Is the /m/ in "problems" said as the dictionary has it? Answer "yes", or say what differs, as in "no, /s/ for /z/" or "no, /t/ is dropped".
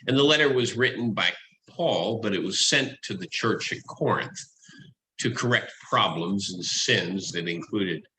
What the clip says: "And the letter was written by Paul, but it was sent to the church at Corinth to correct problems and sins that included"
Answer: yes